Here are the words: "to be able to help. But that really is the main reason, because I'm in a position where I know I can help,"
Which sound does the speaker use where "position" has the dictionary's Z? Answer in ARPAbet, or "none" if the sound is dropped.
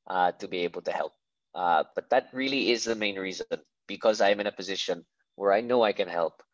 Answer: Z